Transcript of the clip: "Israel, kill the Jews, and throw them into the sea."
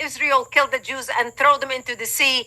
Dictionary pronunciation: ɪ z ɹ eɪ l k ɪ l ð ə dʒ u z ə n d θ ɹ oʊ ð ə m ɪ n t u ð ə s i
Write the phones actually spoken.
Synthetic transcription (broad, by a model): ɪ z ɹ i l k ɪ l ð ə dʒ u z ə n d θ ɹ oʊ ð ə m ɪ n t u ð ə s i